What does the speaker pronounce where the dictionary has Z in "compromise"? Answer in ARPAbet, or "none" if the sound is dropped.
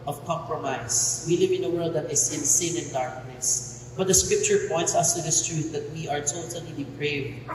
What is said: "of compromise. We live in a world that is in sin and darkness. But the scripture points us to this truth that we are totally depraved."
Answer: S